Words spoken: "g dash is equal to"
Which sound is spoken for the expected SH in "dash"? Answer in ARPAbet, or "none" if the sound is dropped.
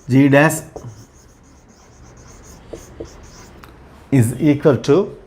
S